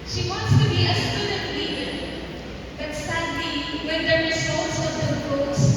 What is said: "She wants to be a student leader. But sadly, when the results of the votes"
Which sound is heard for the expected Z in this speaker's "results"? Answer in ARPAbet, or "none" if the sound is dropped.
S